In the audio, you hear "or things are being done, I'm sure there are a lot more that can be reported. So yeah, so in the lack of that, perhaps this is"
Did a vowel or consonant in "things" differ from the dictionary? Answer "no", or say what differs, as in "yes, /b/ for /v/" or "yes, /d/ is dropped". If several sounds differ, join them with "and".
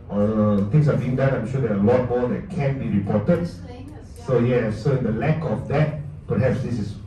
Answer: yes, /t/ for /θ/ and /s/ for /z/